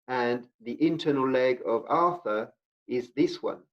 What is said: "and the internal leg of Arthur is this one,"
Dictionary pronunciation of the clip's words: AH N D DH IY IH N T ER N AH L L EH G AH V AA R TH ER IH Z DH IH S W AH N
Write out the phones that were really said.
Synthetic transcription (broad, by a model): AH N DH IY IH N T ER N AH L L EH G AH V AA R TH ER IH Z DH IH S W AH N